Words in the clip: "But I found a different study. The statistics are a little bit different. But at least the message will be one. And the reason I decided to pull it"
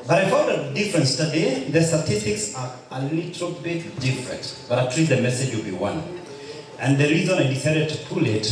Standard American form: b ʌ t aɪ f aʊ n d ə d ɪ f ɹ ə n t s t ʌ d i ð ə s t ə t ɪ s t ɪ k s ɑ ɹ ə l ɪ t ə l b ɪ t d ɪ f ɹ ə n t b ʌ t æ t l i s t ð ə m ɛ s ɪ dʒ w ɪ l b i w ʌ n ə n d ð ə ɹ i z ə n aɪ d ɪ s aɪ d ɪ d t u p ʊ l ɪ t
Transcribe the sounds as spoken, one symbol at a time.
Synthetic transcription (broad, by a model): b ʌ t aɪ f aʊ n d ə d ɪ f ɹ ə n s t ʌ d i ð ə s t ə t ɪ s t ɪ k s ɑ ɹ ə l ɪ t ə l b ɪ t d ɪ f ɹ ə n t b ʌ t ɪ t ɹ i t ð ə m ɛ s ɪ dʒ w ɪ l b i w ʌ n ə n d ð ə ɹ i z ə n aɪ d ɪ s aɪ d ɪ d t u p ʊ l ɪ t